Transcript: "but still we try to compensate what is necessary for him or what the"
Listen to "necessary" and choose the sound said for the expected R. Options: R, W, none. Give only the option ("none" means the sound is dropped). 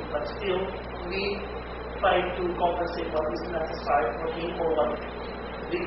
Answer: none